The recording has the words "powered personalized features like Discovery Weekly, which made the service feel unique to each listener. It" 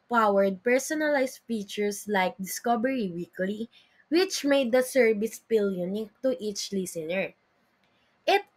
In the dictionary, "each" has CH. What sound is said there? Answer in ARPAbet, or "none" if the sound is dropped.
CH